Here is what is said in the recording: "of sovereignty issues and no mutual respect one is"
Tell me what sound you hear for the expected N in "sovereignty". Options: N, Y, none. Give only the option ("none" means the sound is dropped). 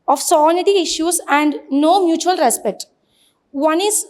none